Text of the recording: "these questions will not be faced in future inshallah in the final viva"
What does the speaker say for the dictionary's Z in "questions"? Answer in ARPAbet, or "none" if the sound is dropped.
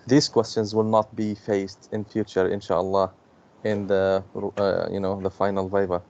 Z